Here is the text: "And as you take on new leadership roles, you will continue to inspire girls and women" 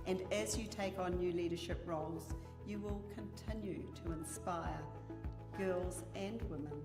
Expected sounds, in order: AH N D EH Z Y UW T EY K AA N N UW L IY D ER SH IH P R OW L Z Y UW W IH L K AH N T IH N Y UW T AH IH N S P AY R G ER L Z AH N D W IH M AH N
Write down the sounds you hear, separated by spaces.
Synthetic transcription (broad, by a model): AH N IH Z Y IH T EY K N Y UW L IY D ER SH IH P R OW L Z Y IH W IH L K AH N T IH N Y UW T AH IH N S P AY R G ER L Z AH N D W IH M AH N